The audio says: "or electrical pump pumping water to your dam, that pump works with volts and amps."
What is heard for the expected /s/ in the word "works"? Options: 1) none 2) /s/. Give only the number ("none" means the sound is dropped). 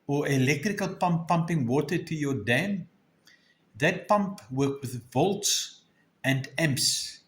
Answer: 1